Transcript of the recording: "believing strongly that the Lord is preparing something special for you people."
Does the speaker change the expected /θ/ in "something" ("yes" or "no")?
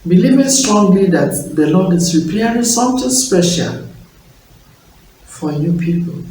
yes